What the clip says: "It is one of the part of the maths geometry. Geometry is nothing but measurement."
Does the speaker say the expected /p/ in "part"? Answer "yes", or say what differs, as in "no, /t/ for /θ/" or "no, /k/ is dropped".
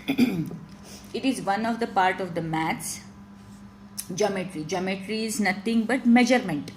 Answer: yes